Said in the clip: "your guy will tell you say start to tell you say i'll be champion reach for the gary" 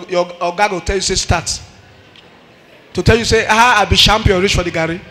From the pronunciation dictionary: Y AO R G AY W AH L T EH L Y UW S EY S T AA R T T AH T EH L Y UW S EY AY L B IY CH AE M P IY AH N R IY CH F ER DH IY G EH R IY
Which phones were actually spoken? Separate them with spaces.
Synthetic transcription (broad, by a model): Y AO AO G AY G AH T EH L Y UW S EY S T AA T T AH T EH L Y UW S EY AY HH B IY SH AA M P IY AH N R IY CH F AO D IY G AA R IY